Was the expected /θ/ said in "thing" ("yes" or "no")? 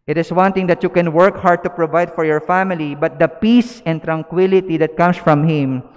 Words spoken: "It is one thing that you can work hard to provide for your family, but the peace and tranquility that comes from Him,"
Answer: no